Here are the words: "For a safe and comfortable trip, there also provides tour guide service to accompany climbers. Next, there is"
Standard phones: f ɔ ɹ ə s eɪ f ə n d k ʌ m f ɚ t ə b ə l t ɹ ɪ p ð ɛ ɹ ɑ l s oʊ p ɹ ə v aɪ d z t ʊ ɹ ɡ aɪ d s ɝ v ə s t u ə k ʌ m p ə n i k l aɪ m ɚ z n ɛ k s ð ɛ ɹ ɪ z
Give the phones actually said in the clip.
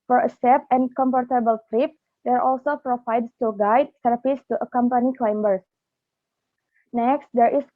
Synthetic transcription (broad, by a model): f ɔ ɹ ə s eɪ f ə n k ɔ m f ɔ t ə b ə l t ɹ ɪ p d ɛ ɹ ɑ l s oʊ p ɹ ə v aɪ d s t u ɡ aɪ d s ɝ p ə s t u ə k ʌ m p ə n i k l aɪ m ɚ s n ɛ k s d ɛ ɹ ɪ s